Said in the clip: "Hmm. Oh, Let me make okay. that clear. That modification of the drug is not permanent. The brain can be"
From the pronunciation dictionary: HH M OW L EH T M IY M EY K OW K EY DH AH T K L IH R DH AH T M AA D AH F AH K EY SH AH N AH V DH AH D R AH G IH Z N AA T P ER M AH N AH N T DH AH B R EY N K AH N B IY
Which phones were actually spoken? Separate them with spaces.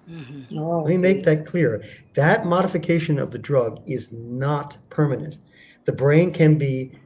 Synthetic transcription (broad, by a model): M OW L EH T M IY M EY IH K DH AH T K L IH R DH AH T M AA D AH F AH K EY SH AH N AH V DH AH D R AH G IH Z N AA T P ER M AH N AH N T DH AH B R EY N K AH N B IY